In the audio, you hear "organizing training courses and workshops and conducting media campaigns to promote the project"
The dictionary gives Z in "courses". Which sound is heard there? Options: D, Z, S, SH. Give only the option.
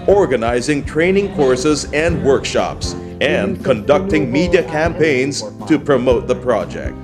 Z